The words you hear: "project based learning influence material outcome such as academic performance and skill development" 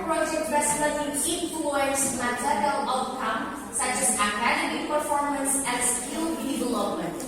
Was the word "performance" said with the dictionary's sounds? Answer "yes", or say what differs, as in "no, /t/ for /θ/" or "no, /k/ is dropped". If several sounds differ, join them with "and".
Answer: yes